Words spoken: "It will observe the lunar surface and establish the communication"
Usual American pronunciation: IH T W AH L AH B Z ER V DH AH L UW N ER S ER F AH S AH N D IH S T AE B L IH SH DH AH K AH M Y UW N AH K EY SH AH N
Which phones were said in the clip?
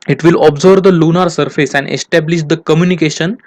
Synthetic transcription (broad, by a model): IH T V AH L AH B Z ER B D AH L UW N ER S ER F AH S AH N D IH S T AE B L IH SH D AH K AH M Y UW N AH K EY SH AH N